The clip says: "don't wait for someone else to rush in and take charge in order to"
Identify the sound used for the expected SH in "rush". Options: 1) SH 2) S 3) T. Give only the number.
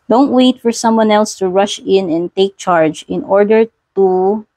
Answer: 1